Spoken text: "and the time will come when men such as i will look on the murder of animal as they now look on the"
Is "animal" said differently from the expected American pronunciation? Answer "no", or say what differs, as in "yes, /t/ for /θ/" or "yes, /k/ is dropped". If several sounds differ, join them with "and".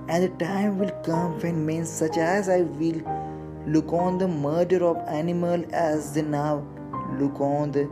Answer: no